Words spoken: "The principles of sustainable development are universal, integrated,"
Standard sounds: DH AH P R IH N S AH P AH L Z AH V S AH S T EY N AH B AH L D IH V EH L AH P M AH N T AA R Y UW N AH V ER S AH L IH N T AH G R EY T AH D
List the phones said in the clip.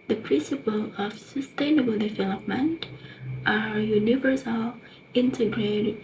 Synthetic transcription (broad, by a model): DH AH P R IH N S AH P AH L AH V S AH S T EY N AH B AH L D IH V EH L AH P M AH N T AA R Y UW N AH V ER S AH L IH N T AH G R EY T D